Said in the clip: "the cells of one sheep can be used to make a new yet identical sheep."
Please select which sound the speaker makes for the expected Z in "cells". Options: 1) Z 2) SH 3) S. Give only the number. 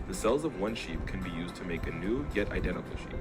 1